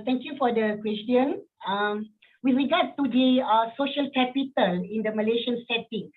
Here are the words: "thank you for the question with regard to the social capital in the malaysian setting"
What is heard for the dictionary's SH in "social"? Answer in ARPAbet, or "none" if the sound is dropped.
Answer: SH